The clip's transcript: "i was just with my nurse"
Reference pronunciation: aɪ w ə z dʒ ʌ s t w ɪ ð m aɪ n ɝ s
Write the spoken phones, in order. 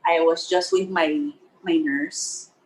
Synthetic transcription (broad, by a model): aɪ w ə z dʒ ʌ s t w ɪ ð m aɪ n ɝ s